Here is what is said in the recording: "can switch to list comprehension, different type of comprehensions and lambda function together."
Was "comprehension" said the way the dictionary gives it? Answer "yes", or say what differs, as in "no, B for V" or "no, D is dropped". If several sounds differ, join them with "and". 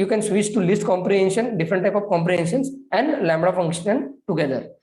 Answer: yes